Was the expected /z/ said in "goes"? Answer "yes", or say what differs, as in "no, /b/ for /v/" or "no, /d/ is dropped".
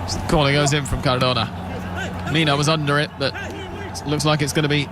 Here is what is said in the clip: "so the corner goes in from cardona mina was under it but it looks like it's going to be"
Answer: yes